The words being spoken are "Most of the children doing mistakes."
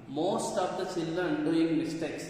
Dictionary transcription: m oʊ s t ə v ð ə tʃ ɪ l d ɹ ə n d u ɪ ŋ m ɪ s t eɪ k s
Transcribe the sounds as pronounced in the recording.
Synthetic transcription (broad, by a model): m oʊ s t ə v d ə s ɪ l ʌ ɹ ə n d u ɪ ŋ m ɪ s t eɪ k s